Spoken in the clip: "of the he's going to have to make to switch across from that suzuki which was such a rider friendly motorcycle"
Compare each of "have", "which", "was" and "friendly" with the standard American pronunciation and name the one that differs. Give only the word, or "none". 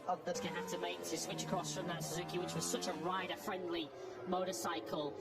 have